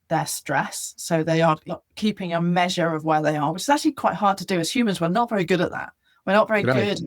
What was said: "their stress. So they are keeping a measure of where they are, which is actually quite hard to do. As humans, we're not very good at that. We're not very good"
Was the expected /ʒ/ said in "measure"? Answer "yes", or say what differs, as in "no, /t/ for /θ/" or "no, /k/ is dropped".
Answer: yes